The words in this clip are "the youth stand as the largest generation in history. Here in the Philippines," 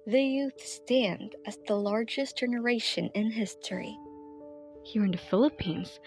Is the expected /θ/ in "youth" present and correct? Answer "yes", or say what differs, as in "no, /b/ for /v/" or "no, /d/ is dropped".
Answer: yes